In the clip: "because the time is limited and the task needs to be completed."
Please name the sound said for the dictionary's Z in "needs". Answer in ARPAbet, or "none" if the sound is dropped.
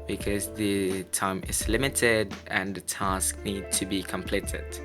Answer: none